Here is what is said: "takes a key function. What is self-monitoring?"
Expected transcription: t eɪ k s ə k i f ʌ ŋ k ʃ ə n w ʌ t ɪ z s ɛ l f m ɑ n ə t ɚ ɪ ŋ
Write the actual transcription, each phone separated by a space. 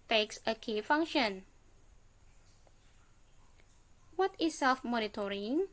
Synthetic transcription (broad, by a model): t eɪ k s ə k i f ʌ ŋ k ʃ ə n w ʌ t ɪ s ɛ l f m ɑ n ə t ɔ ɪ ŋ